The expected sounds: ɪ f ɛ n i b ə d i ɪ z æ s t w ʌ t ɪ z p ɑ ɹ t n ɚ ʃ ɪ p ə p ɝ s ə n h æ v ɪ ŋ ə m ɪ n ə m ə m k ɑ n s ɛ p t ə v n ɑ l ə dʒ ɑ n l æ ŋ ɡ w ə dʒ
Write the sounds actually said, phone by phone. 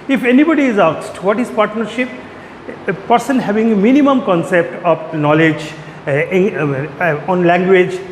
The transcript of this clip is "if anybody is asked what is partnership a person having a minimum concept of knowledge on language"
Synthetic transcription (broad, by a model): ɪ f ɛ n i b ə d i ɪ z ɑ s t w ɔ t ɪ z p ɑ ɹ t n ɚ ʃ ɪ p p ɝ s ə n h æ v ɪ ŋ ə m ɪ n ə m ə m k ɑ n s ɛ p t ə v n ɑ l ə dʒ ɑ n l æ ŋ ɡ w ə dʒ